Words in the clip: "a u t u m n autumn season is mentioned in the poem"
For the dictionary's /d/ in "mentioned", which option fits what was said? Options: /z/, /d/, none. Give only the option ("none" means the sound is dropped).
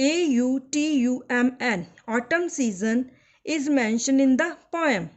none